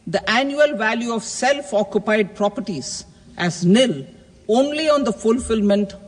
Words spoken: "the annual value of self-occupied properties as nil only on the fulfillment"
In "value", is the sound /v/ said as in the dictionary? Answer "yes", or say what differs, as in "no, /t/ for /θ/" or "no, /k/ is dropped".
yes